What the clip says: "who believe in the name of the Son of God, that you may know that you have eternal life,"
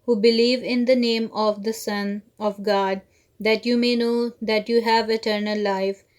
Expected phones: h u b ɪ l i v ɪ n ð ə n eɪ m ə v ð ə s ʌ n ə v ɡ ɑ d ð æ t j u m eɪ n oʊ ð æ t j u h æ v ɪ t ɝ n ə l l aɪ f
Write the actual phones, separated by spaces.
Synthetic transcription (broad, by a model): h u b ɪ l i v ɪ n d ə n eɪ m ə v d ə s ʌ n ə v ɡ ɑ d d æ t j u m eɪ n oʊ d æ t j u h æ v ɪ t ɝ n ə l l aɪ f